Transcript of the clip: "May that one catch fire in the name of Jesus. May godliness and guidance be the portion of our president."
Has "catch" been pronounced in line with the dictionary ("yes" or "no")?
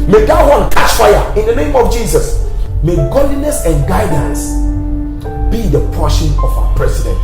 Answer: no